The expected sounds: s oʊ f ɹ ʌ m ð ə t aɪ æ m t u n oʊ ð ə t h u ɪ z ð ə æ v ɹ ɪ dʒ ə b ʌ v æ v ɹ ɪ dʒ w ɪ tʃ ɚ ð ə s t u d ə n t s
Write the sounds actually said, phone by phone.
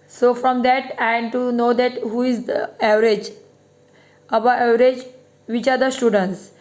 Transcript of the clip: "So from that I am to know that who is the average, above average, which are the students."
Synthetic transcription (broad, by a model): s oʊ f ɹ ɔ m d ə t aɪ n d t u n oʊ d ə t h u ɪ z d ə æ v ɹ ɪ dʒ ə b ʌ æ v ɹ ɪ dʒ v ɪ tʃ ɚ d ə s t u d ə n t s